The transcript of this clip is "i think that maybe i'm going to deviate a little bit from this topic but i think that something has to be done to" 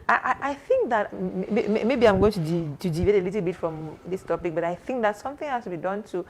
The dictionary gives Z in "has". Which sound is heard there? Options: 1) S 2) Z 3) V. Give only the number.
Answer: 1